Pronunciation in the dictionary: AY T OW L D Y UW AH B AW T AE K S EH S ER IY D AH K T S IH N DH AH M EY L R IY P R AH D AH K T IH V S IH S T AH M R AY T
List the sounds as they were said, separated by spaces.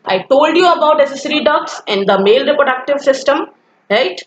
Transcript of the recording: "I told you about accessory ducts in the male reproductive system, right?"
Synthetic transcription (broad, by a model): AY T OW L D Y UW AH B AW T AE S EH S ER IY D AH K S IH N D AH M EY L R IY P R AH D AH K T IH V S IH S T AH M R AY T